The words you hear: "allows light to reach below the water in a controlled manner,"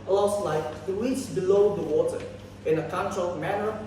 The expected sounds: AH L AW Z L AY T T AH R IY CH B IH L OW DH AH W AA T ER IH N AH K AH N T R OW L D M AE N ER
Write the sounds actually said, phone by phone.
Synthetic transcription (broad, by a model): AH L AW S L AY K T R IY S B IH L OW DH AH W AA T ER IH N AH K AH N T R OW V M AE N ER